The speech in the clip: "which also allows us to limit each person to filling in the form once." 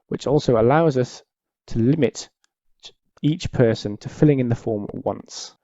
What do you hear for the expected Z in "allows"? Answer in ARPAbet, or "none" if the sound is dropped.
Z